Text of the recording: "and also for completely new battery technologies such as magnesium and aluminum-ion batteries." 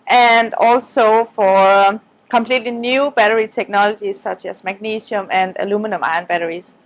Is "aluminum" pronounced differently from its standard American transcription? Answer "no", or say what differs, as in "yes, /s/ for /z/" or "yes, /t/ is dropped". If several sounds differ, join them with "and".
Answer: no